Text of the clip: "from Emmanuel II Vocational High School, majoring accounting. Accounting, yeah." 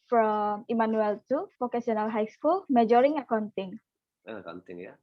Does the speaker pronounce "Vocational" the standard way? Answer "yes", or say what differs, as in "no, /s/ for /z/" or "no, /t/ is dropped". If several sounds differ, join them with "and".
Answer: no, /s/ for /ʃ/